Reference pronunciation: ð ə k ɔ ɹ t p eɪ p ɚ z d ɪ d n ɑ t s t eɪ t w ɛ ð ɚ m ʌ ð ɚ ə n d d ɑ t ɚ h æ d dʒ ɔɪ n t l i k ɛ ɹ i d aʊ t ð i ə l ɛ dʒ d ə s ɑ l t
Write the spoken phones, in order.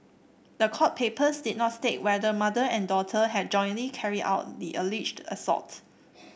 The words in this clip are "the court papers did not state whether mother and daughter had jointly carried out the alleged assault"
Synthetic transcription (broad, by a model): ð ə k ɔ t p eɪ p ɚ s d ɪ d n ɑ t s t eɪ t w ɛ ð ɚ m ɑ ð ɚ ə n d d ɑ t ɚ h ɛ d dʒ ɔɪ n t l i k ɛ ɹ i d aʊ t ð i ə l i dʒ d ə s ɑ t